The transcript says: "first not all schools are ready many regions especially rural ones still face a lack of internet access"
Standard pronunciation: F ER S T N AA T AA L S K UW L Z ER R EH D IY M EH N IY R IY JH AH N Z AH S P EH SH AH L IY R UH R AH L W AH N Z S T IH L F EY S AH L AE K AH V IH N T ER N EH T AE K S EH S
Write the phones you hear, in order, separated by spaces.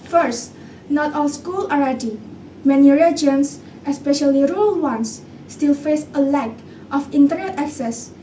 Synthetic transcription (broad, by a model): F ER S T N AA T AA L S K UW L ER R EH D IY M EH N IY R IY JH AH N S AH S P EH SH AH L IY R R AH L W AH N S T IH L F EY S AH L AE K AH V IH N T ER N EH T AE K S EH S